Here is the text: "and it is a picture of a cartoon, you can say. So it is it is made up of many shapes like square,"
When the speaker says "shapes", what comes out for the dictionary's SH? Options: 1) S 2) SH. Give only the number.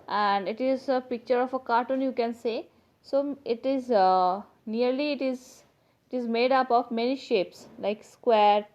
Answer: 2